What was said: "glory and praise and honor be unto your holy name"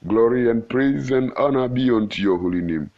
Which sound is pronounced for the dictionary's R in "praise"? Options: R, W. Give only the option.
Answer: R